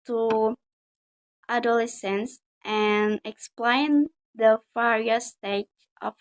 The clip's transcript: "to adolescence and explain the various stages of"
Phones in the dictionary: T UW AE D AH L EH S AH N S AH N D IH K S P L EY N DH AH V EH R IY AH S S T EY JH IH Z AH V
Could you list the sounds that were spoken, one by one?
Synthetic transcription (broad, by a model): T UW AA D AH L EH S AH N S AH N IH K S P L EY N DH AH F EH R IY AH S S T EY IH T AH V